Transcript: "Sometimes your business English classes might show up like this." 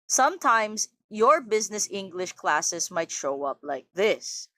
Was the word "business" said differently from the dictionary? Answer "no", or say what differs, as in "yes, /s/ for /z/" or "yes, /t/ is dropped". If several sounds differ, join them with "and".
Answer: no